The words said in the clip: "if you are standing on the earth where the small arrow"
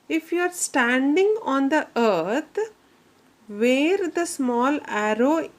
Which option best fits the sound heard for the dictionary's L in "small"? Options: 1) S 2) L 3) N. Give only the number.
2